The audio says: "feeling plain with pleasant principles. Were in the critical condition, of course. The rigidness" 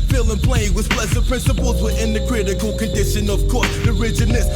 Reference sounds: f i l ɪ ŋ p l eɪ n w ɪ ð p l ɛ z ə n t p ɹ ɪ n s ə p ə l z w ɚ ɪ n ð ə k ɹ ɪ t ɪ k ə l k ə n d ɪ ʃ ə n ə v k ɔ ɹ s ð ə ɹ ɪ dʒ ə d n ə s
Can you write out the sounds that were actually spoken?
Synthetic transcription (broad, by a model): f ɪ l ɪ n p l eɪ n w ɪ ð p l ɛ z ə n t p ɹ ɪ n s ə p ə l z w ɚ ɪ n ð ə k ɹ ɪ t ɪ k ə l k ə n d ɪ ʃ ə n ə v k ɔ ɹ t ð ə ɹ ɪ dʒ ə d n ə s